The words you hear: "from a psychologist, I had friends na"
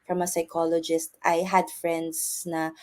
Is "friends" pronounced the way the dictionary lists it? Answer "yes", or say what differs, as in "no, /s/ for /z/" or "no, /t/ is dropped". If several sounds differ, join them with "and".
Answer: no, /s/ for /z/